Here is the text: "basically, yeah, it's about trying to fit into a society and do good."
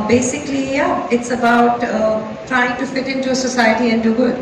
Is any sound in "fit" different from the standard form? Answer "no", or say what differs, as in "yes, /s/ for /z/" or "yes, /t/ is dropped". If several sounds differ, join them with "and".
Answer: no